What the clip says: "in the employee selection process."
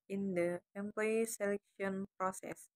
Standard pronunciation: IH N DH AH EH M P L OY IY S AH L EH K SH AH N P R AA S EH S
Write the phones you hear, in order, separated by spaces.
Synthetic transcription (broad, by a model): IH N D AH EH M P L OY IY S AH L EH K SH AH N P R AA S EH S